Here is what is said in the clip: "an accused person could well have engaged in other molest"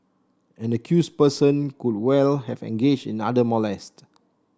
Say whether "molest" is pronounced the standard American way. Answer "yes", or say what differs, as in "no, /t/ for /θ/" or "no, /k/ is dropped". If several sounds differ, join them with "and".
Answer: yes